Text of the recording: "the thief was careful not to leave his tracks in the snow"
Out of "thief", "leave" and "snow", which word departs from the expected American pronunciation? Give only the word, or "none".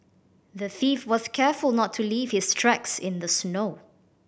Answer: none